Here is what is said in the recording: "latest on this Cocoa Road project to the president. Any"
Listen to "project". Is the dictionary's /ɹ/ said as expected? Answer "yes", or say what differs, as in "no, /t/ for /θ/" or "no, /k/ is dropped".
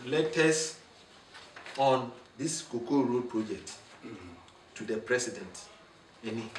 yes